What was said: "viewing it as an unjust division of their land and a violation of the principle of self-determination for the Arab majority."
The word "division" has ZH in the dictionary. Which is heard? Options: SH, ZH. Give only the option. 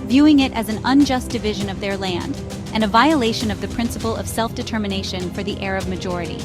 ZH